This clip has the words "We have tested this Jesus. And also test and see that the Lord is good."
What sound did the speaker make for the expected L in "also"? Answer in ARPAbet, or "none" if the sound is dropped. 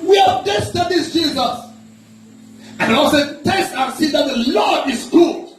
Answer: none